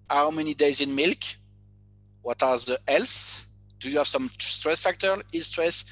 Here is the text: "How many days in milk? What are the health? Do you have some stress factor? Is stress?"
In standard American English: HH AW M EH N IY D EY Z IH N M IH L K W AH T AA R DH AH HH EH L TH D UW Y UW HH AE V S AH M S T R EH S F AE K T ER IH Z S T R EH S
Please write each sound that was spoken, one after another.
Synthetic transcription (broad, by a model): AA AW M EH N IY D EY Z IH N M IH L K W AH T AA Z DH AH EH L S D UW Y UW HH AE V S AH M S T R EH S F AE K T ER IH S T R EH S